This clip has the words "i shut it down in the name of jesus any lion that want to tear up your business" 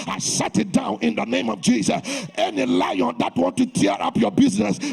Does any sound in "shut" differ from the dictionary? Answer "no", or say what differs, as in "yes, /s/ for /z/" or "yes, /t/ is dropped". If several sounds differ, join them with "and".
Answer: yes, /s/ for /ʃ/